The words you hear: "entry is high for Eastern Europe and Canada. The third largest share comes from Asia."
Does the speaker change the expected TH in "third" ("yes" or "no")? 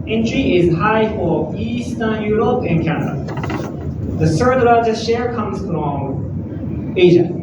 yes